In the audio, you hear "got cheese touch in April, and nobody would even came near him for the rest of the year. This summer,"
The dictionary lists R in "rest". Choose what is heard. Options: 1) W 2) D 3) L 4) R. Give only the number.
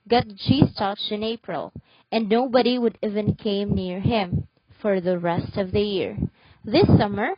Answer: 4